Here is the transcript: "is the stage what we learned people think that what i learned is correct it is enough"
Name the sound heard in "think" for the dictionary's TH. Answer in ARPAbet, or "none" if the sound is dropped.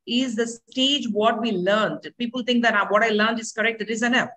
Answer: T